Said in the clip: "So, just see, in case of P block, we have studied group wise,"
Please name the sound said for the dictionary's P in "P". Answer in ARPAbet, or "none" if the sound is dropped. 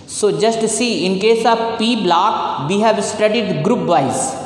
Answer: P